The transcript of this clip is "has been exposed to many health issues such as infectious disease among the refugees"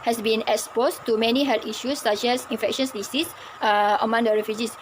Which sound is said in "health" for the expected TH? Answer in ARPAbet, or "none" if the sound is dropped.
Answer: T